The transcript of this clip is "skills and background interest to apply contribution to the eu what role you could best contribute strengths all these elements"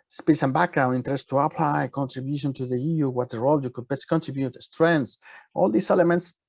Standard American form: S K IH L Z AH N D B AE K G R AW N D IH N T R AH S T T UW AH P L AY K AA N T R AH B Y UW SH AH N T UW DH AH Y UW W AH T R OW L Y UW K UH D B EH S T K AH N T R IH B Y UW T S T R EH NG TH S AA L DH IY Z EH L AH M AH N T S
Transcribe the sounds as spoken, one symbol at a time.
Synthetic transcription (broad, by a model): S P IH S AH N B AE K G R AW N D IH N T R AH S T T UW AH P L AY K AA N T R AH B Y UW SH AH N T UW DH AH Y UW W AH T R OW L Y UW K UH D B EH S K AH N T R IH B Y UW T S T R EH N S AA L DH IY S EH L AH M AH N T S